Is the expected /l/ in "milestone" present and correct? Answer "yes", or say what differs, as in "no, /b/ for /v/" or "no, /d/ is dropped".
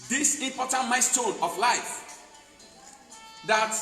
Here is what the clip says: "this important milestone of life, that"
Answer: no, /l/ is dropped